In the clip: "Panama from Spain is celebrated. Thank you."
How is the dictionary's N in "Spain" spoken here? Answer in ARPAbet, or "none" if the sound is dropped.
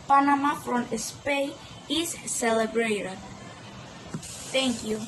none